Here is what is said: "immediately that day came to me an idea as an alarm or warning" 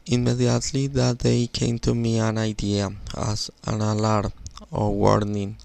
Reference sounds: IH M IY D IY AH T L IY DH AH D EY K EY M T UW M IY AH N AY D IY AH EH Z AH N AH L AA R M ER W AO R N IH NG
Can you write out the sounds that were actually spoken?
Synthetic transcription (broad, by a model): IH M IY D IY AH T L IY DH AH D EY K EY M T UW M IY AH N AY D IY AH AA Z AH N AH L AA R ER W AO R N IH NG